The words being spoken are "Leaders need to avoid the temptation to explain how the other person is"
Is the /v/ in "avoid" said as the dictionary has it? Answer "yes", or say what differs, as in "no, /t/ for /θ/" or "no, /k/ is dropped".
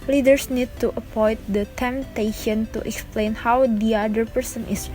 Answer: no, /p/ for /v/